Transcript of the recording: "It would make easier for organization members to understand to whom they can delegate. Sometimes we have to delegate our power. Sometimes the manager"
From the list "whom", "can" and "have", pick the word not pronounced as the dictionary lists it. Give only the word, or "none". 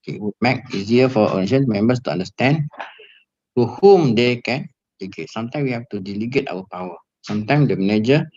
have